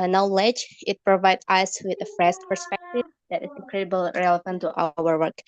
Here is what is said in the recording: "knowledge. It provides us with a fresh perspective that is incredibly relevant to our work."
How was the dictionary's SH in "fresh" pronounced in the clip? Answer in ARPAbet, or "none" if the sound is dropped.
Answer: S